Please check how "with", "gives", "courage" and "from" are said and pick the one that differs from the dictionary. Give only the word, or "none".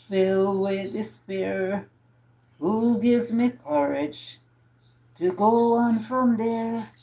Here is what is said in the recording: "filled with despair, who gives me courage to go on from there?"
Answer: none